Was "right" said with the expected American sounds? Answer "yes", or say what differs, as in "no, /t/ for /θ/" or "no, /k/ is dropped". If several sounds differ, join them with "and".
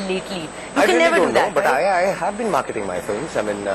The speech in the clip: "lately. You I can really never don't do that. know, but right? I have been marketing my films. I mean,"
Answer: no, /t/ is dropped